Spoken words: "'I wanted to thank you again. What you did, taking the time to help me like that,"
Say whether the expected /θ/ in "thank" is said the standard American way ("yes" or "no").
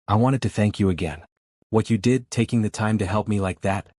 yes